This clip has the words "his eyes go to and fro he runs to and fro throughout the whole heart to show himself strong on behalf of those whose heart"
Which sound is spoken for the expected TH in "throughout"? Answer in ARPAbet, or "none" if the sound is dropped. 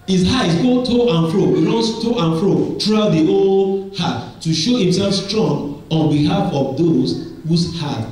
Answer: T